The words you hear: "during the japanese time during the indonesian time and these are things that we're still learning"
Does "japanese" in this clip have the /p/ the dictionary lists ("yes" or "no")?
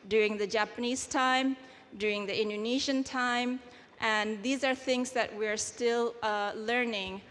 yes